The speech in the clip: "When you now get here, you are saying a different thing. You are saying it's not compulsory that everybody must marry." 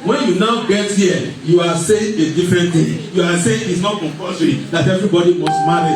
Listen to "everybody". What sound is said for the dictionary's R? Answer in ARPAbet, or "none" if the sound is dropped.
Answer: R